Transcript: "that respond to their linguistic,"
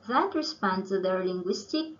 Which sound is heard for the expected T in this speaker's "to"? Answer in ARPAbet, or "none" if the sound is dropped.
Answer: S